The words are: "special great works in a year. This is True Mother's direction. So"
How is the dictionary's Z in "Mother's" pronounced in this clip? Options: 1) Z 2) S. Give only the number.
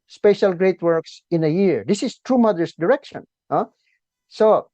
2